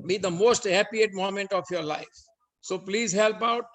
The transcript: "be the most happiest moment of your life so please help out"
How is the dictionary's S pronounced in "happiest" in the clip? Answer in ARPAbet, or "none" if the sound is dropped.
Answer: none